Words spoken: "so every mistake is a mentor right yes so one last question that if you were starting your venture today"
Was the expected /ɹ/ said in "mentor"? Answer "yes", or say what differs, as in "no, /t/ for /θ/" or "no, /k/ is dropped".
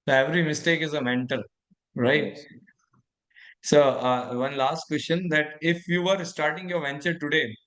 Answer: no, /l/ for /ɹ/